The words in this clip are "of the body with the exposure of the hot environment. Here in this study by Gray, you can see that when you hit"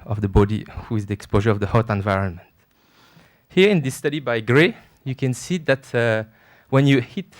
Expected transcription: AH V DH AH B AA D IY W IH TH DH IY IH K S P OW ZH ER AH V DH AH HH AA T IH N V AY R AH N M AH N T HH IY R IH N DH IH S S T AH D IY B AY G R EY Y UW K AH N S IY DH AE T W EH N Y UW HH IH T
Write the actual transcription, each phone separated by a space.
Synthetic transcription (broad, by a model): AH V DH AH B AA D IY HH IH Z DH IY IH K S P OW ZH ER AH V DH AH HH AA T IH N V AY R AH N M AH N T HH IY R IH N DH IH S S T AH D IY B AY G R EY Y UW K AH N S IY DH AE T W EH N Y UW HH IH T